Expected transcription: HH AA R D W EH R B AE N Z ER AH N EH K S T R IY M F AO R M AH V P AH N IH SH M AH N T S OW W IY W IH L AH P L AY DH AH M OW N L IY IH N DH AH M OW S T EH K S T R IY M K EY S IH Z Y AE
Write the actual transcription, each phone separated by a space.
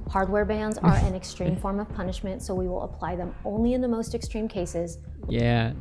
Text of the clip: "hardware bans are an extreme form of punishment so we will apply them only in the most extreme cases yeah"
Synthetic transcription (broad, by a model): HH AA R D W EH R B AE N Z ER AH N EH K S T R IY M F AO R M AH V P AH N IH SH M AH N T S OW W IY W IH L AH P L AY DH AH M OW N L IY IH N DH AH M OW S T EH K S T R IY M K EY S IH Z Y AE